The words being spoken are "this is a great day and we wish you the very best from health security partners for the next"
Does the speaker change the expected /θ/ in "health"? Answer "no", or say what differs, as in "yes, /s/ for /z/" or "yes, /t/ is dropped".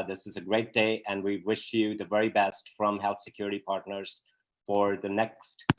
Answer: no